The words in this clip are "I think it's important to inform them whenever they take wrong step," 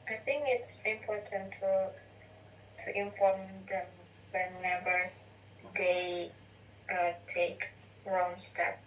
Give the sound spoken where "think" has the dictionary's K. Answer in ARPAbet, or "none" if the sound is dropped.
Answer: K